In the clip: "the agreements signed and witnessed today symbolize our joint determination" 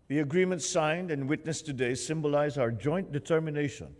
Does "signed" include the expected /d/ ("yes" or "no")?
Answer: yes